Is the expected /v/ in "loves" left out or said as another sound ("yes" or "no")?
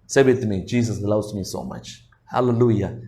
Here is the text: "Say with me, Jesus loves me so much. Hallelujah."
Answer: yes